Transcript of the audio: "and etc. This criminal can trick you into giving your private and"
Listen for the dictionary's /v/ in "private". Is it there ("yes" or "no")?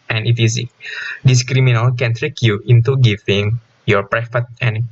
no